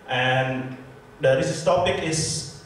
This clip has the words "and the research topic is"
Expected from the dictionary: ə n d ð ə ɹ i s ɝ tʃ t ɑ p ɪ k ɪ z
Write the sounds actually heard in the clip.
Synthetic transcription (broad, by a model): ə n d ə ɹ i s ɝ s t ɑ p ɪ k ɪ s